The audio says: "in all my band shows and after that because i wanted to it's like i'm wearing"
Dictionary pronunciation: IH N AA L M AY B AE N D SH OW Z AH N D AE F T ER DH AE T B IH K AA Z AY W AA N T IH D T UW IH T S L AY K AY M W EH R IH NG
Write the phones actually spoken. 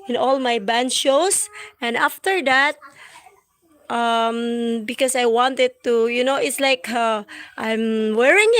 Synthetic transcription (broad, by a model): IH N AA L M AY B AE N D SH OW S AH N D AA F T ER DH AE T B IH K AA S AY W AA N T IH D T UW IH T S L AY K AY M W EH R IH NG